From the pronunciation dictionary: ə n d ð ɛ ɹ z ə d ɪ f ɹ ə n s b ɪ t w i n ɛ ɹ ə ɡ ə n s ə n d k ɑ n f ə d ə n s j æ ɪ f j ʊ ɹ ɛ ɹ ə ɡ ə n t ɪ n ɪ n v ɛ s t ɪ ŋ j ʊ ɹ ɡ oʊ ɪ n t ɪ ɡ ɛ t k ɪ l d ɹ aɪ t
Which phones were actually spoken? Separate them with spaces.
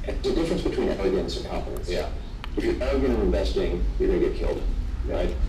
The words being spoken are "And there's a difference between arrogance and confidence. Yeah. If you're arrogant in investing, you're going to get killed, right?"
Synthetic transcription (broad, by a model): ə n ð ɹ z ə d ɪ f ɹ ə n s b ɪ t w i n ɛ l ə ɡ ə n s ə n k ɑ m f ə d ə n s j æ ɪ f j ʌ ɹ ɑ ə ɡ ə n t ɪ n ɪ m v ɛ s t ɪ ŋ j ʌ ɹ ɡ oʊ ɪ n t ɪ ɡ ɛ t k ɪ l d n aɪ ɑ